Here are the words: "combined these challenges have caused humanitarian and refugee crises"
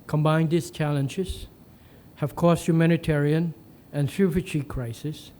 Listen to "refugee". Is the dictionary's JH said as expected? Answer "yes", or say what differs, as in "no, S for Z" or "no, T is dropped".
no, CH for JH